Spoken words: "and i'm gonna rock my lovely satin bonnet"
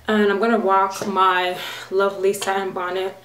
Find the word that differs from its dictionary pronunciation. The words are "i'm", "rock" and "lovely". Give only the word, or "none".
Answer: rock